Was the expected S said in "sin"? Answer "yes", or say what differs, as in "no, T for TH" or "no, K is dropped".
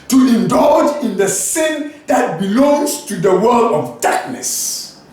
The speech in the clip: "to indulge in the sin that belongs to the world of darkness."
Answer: yes